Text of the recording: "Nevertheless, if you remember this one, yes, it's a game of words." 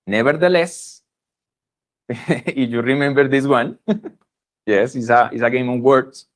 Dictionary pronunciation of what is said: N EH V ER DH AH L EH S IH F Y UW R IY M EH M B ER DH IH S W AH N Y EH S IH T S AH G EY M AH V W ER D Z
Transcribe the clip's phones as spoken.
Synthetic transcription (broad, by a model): N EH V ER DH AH L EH S IH F Y UW R IY M EH M B ER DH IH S W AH N Y EH S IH S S AH G EY M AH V W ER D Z